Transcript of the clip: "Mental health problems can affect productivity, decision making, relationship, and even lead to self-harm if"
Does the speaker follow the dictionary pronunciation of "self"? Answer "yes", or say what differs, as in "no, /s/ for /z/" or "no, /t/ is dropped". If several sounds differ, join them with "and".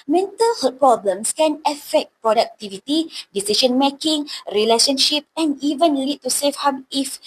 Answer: no, /l/ is dropped